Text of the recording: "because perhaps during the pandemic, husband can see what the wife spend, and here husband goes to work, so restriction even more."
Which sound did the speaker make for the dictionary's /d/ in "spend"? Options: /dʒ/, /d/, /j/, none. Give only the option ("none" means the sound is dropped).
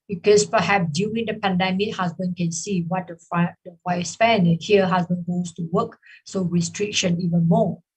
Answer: none